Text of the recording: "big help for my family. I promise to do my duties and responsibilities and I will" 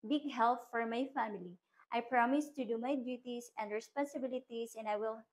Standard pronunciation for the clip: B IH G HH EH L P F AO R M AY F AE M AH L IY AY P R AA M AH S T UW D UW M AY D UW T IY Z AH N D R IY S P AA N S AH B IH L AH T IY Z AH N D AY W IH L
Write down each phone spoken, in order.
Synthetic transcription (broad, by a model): B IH G HH EH L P F AO R M AY F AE M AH L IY AY P R AA M AH S T UW D UW M AY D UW T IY S AH N D R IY S P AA N S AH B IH L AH T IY S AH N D AY W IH L